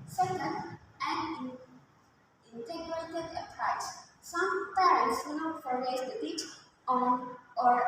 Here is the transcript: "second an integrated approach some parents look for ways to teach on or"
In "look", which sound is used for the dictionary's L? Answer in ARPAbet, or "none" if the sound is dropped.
W